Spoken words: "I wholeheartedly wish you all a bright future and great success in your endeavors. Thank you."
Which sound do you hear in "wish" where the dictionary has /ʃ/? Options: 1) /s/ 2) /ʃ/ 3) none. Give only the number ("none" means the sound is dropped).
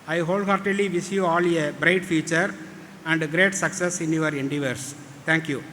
1